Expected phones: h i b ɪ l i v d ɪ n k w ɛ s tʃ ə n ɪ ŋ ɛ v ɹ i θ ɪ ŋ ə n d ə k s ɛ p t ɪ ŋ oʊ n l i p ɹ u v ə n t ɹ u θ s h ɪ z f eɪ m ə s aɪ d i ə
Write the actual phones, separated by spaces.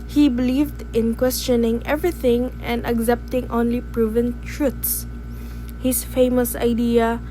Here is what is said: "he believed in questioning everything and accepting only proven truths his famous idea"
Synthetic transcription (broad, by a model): h i b ɪ l i v d ɪ n k w ɛ s tʃ ə n ɪ ŋ ɛ v ɹ i θ ɪ ŋ ə n d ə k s ɛ p t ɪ ŋ oʊ n l i p ɹ u v ə n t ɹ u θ s h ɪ s f eɪ m ə s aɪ d i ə